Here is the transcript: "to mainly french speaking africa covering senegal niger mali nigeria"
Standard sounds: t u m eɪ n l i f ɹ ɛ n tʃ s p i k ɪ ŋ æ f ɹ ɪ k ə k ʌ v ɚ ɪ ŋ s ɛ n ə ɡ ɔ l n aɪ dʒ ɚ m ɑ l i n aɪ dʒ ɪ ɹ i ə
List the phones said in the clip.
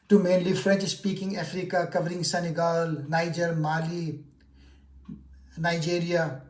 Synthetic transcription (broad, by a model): t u m eɪ n l i f ɹ ɛ n tʃ s p i k ɪ ŋ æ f ɹ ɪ k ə k ʌ v ɚ ɪ ŋ s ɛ n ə ɡ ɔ l n aɪ dʒ ɚ m ɑ l i n aɪ dʒ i ɹ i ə